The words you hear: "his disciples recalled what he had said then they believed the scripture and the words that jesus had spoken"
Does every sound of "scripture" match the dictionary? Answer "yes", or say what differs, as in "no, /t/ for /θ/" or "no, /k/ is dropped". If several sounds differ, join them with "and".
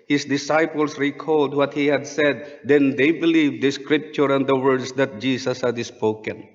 yes